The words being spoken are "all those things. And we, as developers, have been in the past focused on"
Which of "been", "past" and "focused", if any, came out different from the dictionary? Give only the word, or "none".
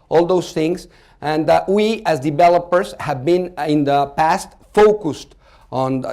none